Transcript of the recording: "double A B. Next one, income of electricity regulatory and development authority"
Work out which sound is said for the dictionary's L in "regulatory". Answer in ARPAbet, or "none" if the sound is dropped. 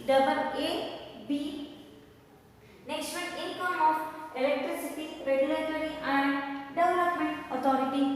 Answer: L